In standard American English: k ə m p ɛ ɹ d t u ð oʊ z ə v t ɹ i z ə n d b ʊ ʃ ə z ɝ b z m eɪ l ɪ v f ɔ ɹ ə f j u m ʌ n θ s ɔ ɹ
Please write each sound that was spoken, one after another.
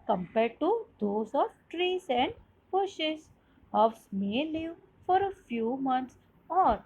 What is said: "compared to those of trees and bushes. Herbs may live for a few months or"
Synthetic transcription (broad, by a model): k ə m p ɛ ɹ d t u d oʊ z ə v t ɹ i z ə n d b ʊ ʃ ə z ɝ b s m eɪ l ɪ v f ɔ ɹ ə f j u m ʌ n t s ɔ ɹ